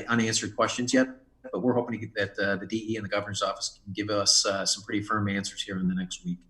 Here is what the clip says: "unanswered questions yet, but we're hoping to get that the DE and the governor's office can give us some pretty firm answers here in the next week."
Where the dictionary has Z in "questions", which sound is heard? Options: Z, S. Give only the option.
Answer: Z